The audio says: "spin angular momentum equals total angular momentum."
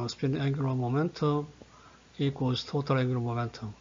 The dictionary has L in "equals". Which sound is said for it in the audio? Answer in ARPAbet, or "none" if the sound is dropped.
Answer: none